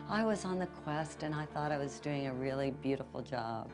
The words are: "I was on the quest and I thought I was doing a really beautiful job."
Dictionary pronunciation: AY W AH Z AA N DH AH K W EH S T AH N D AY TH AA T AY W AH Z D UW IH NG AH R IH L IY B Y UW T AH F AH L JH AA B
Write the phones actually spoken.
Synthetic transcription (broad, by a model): AY W AH Z N DH AH K W EH S T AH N AY TH AA T AY W AH Z D UW IH NG AH R IH L IY B Y UW T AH F L JH AA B